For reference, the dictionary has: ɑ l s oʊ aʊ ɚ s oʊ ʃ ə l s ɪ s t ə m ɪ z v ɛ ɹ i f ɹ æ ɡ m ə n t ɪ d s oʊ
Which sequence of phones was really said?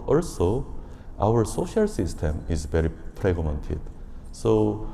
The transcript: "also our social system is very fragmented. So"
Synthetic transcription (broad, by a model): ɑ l s oʊ aʊ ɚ s oʊ ʃ ə l s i s t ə m ɪ z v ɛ ɹ i p ɹ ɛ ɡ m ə n t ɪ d s oʊ